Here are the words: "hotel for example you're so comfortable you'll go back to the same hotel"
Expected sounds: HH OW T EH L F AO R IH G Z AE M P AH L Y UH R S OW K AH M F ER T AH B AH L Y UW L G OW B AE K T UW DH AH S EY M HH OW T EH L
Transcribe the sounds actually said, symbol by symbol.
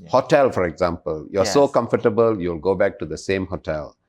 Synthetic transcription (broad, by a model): HH OW T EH L F AO R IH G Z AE M P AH L Y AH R S OW K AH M F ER T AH B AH L Y UW L G OW B AE K T UW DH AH S EY M HH OW T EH L